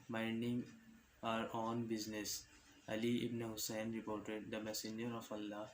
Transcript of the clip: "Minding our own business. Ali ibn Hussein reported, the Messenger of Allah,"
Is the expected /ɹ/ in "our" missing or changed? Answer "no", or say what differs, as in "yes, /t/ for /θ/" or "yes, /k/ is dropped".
no